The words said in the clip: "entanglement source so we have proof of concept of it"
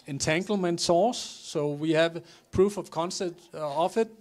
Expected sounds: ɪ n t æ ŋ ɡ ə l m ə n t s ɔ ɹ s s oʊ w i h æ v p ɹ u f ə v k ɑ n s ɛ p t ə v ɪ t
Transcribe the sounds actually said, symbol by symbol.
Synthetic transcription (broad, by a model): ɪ n t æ ŋ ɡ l m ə n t s ɔ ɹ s s oʊ w i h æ v p ɹ u f ə v k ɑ n s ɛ t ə f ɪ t